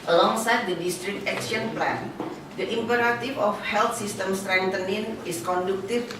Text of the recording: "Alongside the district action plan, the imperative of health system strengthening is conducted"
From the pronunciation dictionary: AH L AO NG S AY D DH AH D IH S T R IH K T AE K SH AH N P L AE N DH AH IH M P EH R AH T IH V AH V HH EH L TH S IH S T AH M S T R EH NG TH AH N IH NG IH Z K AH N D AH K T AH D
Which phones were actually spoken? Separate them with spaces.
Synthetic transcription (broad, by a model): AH L AO NG S AY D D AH D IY S T R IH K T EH K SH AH N P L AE N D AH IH M P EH R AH T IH F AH F HH EH L T S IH S T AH M S T R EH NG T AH N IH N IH S K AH N D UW K T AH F